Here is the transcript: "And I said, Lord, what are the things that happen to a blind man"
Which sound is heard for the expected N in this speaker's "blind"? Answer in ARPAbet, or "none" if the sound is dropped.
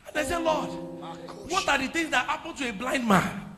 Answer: N